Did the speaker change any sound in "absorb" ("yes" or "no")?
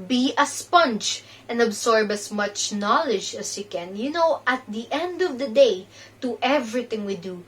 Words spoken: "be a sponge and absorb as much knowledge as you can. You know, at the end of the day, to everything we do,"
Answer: yes